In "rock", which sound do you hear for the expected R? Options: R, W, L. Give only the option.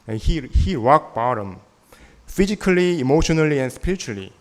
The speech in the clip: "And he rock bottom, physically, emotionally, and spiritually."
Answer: W